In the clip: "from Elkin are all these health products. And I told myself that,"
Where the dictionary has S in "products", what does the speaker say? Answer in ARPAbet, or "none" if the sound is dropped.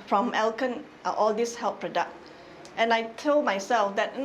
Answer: none